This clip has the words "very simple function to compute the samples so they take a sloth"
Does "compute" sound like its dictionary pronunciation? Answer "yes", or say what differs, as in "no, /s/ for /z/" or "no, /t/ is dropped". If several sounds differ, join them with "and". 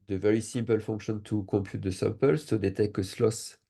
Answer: yes